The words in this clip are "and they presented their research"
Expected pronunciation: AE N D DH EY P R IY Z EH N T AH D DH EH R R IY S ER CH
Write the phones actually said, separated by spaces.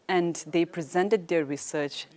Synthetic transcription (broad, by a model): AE N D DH EY P R IY Z EH N T AH D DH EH R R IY S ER CH